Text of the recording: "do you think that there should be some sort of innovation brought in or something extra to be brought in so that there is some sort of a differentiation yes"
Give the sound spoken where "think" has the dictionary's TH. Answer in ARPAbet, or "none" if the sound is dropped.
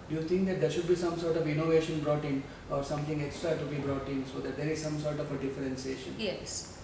T